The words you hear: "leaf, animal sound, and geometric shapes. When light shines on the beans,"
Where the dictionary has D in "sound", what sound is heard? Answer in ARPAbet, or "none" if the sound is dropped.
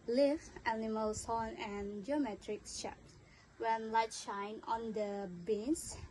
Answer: none